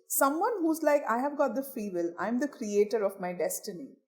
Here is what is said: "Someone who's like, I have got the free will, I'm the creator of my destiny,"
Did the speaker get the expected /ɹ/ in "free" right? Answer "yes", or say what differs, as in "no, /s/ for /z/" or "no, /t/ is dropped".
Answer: no, /ɹ/ is dropped